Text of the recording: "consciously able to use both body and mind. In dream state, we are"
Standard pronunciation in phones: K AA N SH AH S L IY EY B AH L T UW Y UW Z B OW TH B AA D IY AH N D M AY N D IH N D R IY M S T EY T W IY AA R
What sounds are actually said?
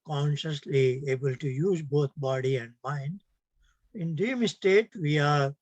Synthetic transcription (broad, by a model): K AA N SH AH S L IY EY B AH L T UW Y UW Z B OW T B AA D IY AH N D M AY N D IH N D IY M S T EY T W IY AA R